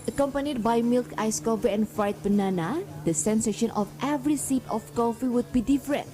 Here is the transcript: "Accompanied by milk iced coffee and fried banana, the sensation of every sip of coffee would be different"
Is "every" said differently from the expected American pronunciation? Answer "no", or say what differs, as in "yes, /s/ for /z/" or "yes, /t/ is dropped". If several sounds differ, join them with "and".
no